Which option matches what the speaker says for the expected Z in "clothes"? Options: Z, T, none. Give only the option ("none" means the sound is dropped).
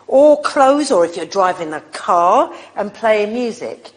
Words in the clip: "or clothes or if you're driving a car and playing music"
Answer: Z